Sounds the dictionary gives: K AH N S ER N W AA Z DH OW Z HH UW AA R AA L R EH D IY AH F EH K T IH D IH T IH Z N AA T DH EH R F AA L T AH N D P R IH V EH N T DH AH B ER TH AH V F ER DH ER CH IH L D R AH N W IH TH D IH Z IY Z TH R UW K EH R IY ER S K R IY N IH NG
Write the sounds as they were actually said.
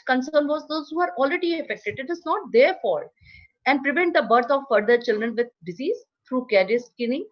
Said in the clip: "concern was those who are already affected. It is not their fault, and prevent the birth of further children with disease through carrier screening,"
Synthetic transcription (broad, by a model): K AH N S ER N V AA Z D OW Z HH UW AA R AA L R EH D IY AH F EH K T IH D IH T IH Z N AA T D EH R F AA T AH N D P R IH V EH N T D AH B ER T AH V F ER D ER CH IH L D R AH N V IH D D IH Z IY Z T R UW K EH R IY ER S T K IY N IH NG